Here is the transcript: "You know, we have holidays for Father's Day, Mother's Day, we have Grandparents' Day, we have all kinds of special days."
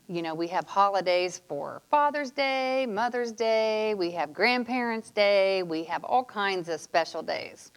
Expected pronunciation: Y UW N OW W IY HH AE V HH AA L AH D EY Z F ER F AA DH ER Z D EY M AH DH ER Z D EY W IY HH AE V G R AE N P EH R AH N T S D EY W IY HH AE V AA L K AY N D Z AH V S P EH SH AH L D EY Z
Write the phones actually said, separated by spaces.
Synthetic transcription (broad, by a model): Y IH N OW W IY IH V HH AA L AH D EY Z F ER F AA DH ER Z D EY M AH DH ER Z D EY W IY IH V G R AE N P EH R AH N T S D EY W IY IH V AA L K AY N D Z AH V S P EH SH L D EY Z